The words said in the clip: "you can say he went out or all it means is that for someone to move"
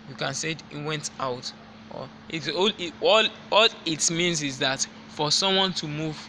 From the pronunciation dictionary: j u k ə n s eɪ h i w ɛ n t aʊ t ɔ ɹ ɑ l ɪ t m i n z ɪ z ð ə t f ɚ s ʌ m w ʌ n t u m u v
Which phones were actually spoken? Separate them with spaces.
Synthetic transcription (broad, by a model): j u k ə n s eɪ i w ɛ n t aʊ t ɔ l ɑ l ɪ t m i n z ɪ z ð ə t f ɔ s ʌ m w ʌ n t u m u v